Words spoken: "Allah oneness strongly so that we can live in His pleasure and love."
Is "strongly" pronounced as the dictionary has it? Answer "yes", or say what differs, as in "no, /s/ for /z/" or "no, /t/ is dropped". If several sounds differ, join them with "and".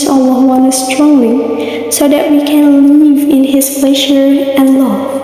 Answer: no, /l/ is dropped